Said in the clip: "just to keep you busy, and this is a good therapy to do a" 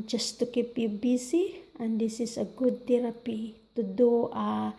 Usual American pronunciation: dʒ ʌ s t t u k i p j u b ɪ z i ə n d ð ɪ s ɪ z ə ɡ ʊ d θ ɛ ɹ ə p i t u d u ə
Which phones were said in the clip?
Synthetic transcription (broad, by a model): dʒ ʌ s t t u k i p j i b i s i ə n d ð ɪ s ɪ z ə ɡ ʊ d t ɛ ɹ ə p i t u d u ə